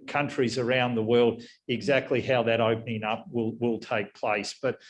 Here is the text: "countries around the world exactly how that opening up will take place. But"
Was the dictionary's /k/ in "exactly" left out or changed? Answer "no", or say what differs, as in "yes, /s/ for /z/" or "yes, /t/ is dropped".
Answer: no